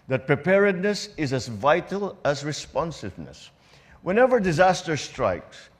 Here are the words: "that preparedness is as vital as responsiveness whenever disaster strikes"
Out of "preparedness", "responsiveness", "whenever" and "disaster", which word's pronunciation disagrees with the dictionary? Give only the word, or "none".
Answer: none